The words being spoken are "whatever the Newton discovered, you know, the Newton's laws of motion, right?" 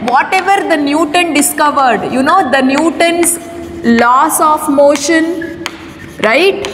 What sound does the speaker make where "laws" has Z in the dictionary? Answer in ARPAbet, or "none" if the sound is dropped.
S